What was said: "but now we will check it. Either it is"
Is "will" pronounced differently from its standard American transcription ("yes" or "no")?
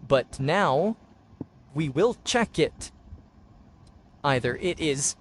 no